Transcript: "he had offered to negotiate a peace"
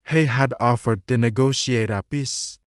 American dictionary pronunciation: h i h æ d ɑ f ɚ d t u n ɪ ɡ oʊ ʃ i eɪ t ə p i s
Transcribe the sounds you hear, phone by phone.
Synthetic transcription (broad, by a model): h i h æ d ɑ f ɚ d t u n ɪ ɡ oʊ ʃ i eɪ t ə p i s